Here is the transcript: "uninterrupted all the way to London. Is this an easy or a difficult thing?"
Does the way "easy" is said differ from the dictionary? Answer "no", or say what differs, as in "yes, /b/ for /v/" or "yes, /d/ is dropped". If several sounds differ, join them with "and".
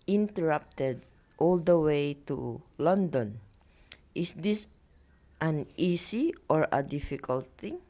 yes, /s/ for /z/